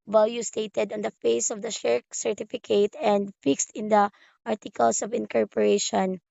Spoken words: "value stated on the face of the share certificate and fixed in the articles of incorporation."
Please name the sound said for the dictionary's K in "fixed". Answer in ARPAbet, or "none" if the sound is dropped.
K